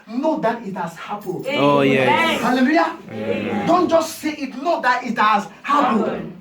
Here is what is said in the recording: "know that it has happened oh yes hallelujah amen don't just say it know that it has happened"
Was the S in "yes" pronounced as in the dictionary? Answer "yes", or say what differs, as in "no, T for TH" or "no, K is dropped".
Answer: no, S is dropped